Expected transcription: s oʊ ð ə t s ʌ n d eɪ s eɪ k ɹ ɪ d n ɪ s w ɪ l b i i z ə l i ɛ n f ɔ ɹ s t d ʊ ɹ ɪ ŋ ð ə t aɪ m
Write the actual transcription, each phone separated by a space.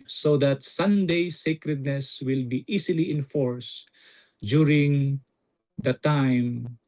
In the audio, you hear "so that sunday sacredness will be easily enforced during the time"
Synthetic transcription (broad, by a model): s oʊ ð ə t s ʌ n d eɪ s eɪ k ɹ ɪ d n ɪ s w ɪ l b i i s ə l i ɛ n f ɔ ɹ s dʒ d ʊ ɹ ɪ ŋ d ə t aɪ m